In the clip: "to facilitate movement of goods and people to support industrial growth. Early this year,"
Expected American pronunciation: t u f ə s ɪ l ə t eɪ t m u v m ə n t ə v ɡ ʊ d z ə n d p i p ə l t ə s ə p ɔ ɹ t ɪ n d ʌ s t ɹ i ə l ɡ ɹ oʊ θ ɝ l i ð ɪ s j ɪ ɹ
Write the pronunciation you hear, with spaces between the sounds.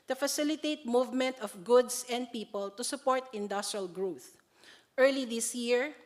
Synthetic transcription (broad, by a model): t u f ə s ɪ l ə t eɪ t m u v m ə n t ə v ɡ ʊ d s ə n d p i p ə l t ə s ə p ɔ ɹ t ɪ n d ʌ s t ɹ i ə l ɡ ɹ oʊ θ ɝ l i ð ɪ s j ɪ ɹ